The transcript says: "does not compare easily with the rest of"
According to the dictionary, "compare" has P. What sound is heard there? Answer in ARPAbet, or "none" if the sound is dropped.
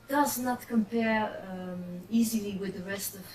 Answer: P